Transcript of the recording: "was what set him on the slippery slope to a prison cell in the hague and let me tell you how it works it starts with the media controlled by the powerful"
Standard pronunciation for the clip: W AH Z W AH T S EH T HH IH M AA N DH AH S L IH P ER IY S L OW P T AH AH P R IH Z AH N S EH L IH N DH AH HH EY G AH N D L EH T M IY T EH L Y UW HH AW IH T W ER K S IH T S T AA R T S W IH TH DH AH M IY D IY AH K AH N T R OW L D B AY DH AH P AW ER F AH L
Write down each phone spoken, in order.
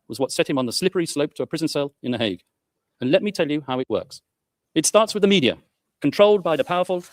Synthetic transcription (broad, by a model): W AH Z W AH T S EH T HH IH M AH N DH AH S L IH P ER IY S L OW P T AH AH P R IH Z AH N S EH L IH N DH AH HH EY G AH N L EH T M IY T EH L Y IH HH AW IH T W ER K S IH T S T AA R T S W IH DH AH M IY D IY AH K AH N T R OW L D B AY DH AH P AW ER F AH L